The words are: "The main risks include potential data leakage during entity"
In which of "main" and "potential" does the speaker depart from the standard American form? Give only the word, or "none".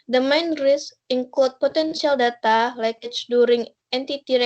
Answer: potential